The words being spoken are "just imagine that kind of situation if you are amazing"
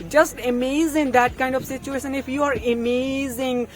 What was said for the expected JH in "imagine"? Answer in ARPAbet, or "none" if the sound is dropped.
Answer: Z